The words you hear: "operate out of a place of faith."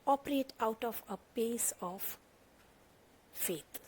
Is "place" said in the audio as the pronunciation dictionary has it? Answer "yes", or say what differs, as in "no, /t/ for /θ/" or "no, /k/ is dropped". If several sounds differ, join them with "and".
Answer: no, /l/ is dropped